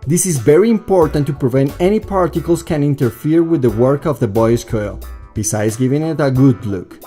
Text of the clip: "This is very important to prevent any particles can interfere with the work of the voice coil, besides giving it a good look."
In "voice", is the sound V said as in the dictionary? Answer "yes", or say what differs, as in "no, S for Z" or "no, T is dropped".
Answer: no, B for V